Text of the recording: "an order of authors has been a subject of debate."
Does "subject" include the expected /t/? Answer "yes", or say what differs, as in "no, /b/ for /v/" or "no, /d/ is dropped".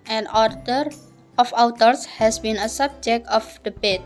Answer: yes